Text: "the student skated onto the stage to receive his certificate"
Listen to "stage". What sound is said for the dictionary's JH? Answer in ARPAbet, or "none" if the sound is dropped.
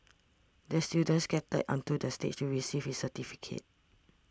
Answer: CH